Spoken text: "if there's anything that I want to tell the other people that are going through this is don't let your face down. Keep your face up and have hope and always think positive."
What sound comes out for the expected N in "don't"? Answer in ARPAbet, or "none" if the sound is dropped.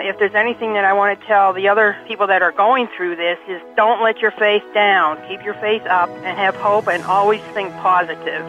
N